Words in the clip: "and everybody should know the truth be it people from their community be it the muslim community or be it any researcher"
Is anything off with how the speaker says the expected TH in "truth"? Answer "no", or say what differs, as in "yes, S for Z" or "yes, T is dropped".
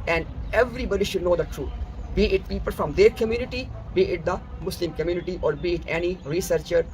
yes, T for TH